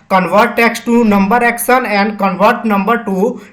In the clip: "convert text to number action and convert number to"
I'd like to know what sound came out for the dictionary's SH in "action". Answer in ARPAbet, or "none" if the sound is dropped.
S